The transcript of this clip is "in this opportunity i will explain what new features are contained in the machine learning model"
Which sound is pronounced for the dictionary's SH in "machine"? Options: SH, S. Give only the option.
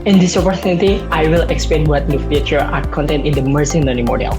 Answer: S